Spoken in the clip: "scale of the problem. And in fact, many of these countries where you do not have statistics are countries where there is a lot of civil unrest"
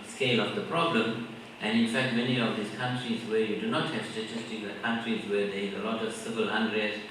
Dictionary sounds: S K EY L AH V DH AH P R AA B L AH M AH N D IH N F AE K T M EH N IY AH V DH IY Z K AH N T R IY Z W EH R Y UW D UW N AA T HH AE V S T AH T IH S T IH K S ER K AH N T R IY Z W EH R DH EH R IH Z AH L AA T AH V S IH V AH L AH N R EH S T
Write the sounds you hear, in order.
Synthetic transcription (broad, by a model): S K EY L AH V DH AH P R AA B L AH M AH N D IH N F AE K T M EH N IY AH V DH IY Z K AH N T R IY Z W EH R Y UW D UW N AA T HH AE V S T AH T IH S T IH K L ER K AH N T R IY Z W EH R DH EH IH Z AH L AA T AH V S IH V AH L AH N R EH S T